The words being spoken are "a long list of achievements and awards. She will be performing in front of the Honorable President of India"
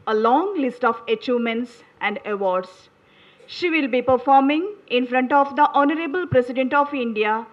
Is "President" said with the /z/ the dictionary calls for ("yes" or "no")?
no